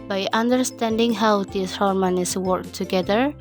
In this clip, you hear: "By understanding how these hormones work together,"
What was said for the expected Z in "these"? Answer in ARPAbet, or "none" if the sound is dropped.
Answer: S